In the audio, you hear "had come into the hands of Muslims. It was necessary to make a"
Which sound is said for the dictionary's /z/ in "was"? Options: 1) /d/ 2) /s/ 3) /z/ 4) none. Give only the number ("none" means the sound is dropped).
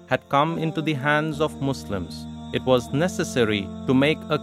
3